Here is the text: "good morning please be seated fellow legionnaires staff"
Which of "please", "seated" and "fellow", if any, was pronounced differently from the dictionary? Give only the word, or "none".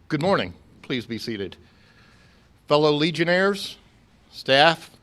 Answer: none